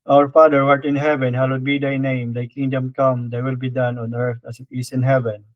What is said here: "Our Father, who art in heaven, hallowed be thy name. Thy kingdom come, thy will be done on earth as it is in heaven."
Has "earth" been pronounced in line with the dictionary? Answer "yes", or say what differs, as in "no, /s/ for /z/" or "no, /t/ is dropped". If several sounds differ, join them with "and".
no, /t/ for /θ/